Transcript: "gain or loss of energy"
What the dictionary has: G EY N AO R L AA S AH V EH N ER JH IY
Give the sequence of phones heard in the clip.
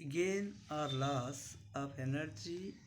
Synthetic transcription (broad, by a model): G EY N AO R L AA S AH P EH N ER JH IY